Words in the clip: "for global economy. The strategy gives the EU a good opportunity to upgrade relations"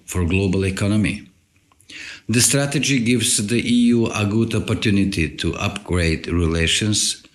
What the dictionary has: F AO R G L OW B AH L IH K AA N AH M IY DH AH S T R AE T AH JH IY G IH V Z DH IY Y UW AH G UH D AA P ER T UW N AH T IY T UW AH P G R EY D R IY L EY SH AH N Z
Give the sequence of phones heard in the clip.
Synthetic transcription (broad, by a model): F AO R G L OW B AH L IH K AA N AH M IY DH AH S T R AE T AH JH IY G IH V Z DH IY Y UW AH G UH D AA P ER T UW N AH T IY T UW AH P G R EY D R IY L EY SH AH N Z